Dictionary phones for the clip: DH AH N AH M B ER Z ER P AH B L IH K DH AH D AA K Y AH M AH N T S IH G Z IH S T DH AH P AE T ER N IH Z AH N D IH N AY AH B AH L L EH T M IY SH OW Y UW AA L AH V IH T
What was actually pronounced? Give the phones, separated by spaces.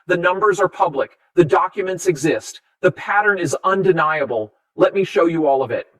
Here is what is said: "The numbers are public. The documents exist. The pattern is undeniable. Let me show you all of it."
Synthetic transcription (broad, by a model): DH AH N AH M B ER Z ER P AH B L IH K DH AH D AA K Y AH M AH N T S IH G Z IH S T DH AH P AE T ER N IH Z AH N D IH N AY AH B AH L L EH T M IY SH OW Y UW AA L AH V IH T